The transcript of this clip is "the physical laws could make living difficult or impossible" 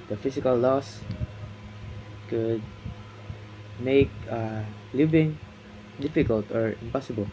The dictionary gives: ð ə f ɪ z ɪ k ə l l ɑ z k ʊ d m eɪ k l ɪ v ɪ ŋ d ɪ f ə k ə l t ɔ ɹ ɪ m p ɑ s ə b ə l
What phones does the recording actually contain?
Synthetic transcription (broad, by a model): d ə f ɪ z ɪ k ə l l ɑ s k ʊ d m eɪ k l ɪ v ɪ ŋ d ɪ f ə k ə l t ɔ ɹ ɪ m p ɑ s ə b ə l